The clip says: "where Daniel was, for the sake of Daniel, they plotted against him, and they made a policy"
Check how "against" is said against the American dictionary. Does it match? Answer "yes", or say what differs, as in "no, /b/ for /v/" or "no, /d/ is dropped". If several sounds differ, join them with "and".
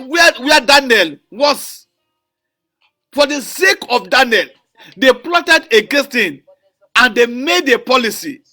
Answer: no, /n/ is dropped